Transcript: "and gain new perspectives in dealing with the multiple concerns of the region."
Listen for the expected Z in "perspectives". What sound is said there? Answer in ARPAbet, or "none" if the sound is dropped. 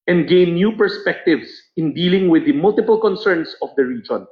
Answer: S